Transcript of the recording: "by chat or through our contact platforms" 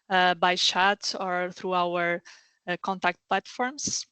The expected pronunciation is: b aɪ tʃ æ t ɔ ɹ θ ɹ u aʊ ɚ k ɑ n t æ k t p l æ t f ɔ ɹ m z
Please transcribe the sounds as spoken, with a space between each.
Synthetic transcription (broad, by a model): b aɪ ʃ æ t ɔ ɹ θ ɹ u aʊ ɚ k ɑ n t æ k t p l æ t f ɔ ɹ m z